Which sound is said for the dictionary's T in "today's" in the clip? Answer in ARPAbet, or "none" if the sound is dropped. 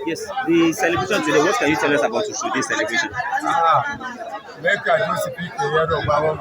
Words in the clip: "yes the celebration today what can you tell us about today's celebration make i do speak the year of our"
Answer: S